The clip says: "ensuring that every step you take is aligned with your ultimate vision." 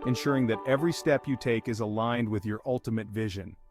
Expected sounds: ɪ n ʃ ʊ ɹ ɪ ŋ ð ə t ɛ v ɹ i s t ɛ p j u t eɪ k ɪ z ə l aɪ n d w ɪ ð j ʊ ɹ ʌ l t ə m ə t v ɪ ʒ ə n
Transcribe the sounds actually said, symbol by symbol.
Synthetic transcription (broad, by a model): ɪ n ʃ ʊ ɹ ɪ ŋ ð ə t ɛ v ɹ i s t ɛ p j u t eɪ k ɪ z ə l aɪ n d w ɪ ð j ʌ ɹ ʌ l t ə m ə t v ɪ ʒ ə n